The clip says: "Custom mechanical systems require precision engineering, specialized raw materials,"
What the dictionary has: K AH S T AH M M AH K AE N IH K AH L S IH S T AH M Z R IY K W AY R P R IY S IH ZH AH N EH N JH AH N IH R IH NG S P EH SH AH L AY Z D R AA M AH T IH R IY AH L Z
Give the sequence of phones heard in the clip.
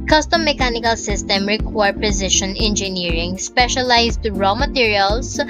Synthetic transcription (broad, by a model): K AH S T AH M M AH K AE N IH K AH L S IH S T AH M R IY K W AY R P R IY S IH SH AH N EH N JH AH N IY R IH NG S P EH SH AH L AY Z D R AA M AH T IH R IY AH L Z